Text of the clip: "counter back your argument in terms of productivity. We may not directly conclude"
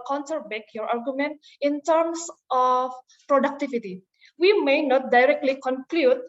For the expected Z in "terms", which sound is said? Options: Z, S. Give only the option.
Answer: S